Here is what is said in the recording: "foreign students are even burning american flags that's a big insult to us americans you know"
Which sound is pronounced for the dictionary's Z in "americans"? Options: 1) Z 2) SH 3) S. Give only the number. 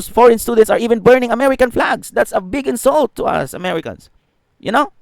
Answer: 3